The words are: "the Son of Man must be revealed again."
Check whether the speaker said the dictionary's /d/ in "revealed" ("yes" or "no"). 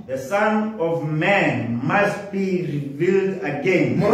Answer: yes